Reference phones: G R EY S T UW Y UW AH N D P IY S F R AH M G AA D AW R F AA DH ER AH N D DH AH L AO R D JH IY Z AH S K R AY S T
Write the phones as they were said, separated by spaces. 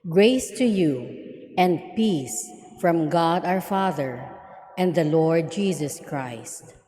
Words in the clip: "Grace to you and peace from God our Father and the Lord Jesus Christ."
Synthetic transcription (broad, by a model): G R EY S T UW Y UW AH N D P IY S F R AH M G AA D AW R F AA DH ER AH N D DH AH L AO R D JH IY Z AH S K R AY S T